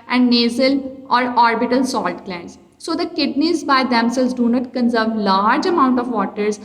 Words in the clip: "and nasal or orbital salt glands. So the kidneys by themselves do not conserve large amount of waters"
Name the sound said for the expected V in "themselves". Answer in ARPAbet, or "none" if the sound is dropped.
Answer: none